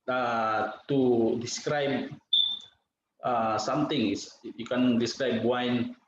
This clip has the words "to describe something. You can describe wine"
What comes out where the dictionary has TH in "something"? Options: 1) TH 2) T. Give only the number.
2